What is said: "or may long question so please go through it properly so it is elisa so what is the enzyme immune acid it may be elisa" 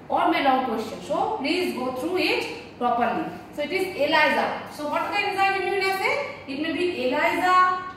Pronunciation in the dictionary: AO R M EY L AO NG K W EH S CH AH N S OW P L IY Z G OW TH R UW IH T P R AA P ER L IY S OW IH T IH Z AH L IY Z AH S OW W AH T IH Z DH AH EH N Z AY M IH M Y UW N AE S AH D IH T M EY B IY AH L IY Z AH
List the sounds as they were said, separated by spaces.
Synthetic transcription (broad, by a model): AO R M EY L AO NG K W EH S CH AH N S OW P L IY Z G OW T R UW IH T P R AA P ER L IY S OW IH T IH Z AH L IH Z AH S OW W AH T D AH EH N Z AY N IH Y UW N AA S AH IH T M EY B IY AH L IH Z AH